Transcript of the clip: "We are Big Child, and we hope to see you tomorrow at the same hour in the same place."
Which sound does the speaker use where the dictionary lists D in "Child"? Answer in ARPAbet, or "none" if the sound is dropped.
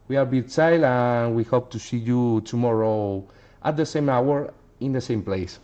none